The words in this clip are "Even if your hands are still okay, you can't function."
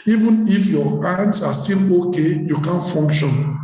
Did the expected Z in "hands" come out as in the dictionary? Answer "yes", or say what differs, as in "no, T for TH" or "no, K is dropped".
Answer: no, S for Z